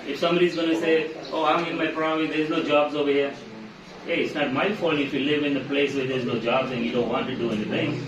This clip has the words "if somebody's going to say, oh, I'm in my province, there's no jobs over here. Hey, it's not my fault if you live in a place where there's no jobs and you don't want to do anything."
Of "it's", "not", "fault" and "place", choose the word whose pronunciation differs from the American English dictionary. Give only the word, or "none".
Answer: fault